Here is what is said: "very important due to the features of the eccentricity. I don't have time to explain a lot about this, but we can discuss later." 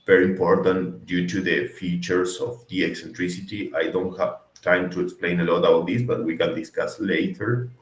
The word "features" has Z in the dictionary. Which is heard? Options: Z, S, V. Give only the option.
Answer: S